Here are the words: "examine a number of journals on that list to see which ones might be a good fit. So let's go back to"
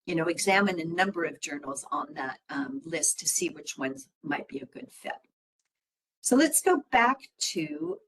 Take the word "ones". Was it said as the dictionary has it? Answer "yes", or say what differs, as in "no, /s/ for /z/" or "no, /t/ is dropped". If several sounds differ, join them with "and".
yes